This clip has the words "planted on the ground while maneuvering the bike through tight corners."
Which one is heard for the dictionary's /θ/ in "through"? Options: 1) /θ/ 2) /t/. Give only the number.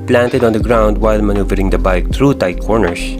2